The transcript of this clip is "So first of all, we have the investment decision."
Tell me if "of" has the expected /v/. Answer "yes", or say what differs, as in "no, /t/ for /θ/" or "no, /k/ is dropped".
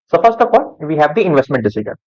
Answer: no, /p/ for /v/